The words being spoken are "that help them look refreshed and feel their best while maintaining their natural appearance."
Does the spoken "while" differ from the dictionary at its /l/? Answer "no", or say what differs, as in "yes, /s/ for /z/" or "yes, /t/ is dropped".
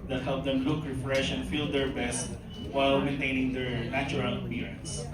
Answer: no